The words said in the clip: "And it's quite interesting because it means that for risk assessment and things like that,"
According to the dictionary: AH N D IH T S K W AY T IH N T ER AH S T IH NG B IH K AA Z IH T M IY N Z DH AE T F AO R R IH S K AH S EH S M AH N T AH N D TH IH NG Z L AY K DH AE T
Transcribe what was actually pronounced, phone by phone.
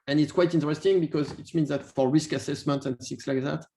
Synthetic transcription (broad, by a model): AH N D IH T S K W AY T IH N T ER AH S T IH NG B IH K AA Z IH T M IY N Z DH AE T F AO R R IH S K AH S EH S M AH N T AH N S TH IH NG S L AY K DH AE T